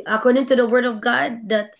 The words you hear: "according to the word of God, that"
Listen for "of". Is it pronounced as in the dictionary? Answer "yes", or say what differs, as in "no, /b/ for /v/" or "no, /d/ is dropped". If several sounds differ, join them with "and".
yes